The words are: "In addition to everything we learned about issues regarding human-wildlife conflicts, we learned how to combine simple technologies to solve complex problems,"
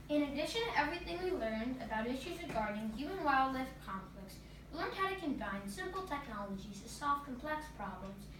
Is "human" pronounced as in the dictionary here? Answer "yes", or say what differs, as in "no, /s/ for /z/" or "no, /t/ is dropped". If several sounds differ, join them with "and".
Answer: no, /m/ is dropped